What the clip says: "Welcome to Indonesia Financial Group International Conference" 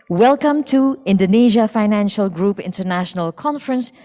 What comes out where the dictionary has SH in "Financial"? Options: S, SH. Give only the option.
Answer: SH